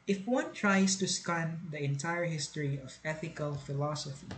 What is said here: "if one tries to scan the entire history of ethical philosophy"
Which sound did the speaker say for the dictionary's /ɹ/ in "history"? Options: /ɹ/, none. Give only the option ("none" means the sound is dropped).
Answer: /ɹ/